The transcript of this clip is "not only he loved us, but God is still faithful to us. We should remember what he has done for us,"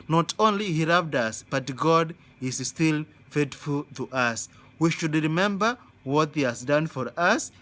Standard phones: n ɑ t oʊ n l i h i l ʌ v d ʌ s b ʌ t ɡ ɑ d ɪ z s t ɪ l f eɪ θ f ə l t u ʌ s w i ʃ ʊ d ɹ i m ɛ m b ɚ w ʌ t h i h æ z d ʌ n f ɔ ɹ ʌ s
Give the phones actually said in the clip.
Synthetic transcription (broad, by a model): n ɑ t oʊ n l i h i l ʌ v d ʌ s b ʌ t ɡ ɑ d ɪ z s t ɪ l f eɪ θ f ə l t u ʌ s w i ʃ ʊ d ɹ i m ɛ m b ɚ w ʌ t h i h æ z d ʌ n f ɔ ɹ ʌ s